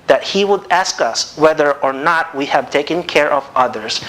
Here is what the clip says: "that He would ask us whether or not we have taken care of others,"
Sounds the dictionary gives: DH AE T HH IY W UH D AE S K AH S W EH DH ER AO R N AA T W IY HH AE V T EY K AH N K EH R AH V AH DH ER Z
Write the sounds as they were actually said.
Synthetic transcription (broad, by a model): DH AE T HH IY W UH D AE S K AH S W EH DH ER AO R N AA T W IY HH AE V T EY K AH N K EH R AH V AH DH ER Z